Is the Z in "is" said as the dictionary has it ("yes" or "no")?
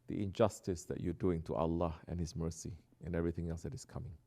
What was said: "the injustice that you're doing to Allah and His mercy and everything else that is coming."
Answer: no